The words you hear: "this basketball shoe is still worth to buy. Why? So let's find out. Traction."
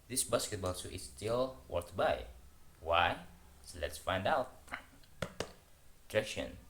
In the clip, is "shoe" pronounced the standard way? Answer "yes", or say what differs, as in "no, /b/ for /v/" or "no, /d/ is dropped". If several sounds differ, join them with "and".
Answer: no, /s/ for /ʃ/